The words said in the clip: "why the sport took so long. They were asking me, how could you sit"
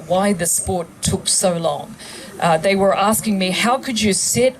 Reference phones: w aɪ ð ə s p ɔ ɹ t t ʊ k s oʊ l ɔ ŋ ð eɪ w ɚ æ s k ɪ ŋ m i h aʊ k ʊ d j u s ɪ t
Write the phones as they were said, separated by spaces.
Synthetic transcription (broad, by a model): w aɪ ð ə s p ɔ ɹ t t ʊ k s oʊ l ɔ ŋ ð eɪ w ɚ æ s k ɪ ŋ m i h aʊ k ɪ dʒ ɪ s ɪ t